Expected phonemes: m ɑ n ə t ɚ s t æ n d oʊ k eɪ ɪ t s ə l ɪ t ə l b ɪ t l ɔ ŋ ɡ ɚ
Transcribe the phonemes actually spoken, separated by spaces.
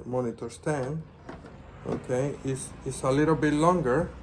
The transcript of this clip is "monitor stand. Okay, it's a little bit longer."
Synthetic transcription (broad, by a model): m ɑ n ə t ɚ s t æ n d oʊ k eɪ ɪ s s ə l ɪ t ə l b ɪ t l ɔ ŋ ɡ ɚ